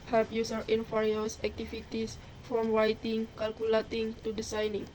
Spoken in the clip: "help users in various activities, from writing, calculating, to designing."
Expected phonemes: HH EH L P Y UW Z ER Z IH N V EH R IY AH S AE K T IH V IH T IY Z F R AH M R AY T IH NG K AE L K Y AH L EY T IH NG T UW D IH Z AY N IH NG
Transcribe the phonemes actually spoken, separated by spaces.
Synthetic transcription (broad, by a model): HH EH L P Y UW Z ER IH N F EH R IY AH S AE K T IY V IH T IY S F R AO M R AY T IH NG K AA L K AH L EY T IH NG T UW D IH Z AY N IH NG